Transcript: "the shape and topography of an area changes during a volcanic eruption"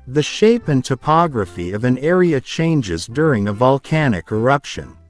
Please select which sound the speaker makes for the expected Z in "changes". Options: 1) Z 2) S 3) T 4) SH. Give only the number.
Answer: 1